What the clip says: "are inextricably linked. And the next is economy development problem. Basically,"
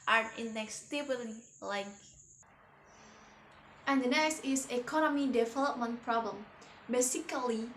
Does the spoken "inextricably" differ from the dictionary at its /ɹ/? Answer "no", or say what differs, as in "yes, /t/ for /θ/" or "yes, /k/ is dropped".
yes, /ɹ/ is dropped